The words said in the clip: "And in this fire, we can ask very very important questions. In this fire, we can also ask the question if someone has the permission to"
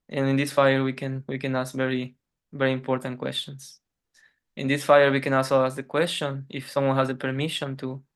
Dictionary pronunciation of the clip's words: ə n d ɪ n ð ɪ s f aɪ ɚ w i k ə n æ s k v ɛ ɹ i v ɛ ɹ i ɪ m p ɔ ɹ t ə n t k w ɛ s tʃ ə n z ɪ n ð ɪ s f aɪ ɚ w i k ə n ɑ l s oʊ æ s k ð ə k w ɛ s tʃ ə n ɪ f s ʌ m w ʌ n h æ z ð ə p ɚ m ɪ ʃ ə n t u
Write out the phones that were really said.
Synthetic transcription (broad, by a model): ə n ɪ n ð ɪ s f aɪ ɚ w i k ə n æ s k v ɛ ɹ i v ɛ ɹ i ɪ m p ɔ ɹ t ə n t k w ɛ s tʃ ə n s ɪ n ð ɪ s f aɪ ɚ w i k ə n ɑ s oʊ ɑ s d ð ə k w ɛ s tʃ ə n ɪ f s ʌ m w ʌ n h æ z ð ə p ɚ m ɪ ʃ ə n t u